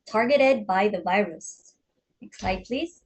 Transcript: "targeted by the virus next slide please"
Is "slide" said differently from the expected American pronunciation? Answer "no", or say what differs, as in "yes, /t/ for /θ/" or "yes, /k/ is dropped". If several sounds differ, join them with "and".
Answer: yes, /l/ is dropped